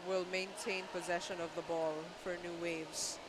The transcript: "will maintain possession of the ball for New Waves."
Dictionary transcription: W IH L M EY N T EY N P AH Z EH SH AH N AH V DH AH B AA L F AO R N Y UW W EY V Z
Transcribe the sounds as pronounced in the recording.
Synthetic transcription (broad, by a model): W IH L M EY N T EY N P AH Z EH SH AH N AH V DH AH B AA L F AO R N Y UW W EY V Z